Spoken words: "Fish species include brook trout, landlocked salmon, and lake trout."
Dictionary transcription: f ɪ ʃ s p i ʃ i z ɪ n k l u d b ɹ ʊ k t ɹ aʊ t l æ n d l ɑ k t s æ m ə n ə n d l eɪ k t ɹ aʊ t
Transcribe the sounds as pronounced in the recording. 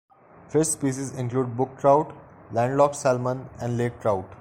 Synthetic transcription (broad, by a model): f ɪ s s p i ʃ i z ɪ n k l u d b ʊ k t ɹ aʊ t l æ n d l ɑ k s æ m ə n ə n d l eɪ k t ɹ aʊ t